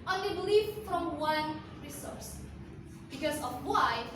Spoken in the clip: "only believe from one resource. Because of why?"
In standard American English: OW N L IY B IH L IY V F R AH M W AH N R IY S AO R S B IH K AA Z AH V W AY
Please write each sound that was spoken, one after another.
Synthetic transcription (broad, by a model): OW N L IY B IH L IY F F R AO M W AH N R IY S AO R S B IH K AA S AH F W AY